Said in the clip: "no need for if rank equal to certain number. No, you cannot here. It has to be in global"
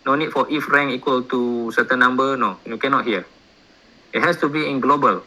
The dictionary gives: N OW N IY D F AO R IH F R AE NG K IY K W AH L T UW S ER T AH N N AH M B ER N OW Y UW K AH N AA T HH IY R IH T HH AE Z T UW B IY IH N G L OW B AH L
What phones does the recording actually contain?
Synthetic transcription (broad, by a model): N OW N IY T F AO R IH F R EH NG IY K W AH L T UW S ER T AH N N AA M B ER N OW Y UW K AH N AA T HH IY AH IH T HH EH S T UW B IY IH N G L OW B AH L